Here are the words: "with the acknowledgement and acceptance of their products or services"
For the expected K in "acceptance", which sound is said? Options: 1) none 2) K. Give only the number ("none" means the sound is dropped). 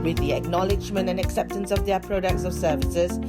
2